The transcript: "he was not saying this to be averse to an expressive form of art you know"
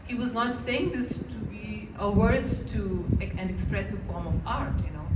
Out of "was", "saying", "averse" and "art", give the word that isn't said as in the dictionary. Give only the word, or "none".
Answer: averse